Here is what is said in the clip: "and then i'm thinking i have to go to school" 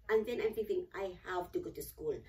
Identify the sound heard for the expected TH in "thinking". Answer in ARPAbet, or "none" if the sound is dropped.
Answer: S